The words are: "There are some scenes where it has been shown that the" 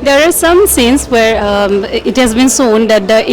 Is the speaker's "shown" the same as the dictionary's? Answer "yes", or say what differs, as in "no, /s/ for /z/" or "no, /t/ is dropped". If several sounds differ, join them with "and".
no, /s/ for /ʃ/